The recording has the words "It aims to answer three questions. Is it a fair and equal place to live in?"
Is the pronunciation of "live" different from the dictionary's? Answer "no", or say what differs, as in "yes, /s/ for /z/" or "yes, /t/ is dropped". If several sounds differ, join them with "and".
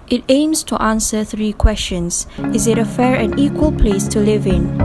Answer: no